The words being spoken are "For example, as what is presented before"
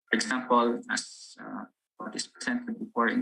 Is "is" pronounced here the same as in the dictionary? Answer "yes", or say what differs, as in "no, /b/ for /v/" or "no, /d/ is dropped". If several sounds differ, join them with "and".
no, /s/ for /z/